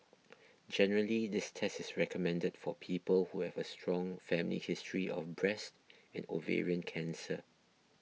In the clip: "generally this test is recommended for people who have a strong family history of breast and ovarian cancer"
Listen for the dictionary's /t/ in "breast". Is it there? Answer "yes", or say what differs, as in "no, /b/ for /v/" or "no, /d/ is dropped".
yes